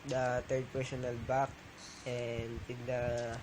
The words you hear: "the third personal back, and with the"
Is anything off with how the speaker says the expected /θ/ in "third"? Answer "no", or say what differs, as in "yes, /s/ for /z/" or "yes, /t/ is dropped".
yes, /t/ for /θ/